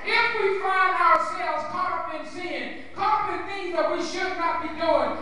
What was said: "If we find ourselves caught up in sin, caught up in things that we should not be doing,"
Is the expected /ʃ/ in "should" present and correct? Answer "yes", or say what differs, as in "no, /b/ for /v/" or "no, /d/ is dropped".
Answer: yes